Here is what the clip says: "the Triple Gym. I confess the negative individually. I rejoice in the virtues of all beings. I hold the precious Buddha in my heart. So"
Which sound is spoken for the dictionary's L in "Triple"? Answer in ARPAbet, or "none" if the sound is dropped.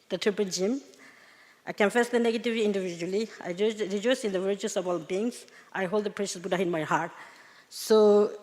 N